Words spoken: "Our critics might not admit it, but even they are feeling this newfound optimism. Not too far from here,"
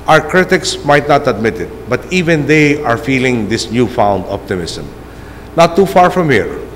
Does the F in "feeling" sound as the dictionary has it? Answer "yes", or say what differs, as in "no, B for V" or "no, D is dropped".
yes